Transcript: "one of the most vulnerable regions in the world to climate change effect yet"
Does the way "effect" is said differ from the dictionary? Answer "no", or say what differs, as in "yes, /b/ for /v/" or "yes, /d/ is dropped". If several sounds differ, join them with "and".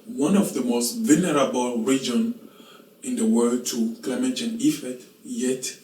yes, /k/ is dropped